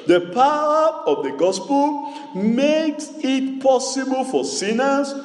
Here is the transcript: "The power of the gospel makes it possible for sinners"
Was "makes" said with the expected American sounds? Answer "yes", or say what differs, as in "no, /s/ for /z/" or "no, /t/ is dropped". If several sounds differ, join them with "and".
yes